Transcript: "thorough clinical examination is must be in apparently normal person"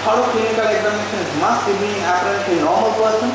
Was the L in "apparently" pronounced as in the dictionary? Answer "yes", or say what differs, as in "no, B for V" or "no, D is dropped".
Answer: no, L is dropped